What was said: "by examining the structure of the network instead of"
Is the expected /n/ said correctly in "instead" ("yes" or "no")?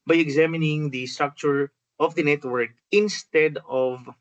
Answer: yes